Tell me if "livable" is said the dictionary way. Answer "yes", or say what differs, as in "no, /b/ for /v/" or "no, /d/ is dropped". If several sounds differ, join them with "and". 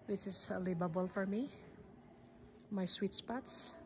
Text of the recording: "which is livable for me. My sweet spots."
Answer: no, /b/ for /v/